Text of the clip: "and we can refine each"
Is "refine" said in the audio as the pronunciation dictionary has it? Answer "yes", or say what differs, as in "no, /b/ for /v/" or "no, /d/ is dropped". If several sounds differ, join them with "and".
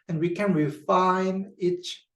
yes